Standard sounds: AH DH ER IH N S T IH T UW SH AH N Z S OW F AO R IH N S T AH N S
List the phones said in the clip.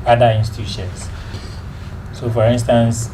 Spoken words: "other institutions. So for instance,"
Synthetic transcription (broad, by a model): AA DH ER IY N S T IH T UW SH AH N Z S OW F AO R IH N S T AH N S